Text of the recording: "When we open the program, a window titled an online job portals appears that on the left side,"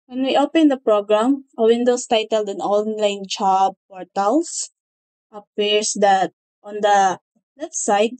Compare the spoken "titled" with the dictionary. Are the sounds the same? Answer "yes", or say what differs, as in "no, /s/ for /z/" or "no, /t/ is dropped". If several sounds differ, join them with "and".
yes